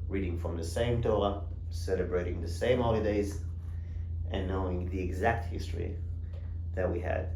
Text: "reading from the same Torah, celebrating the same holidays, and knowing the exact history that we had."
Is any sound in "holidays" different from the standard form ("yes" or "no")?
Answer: no